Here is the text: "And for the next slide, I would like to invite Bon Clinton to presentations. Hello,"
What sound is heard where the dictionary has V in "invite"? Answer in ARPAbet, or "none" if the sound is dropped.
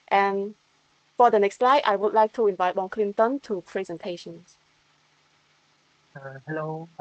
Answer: V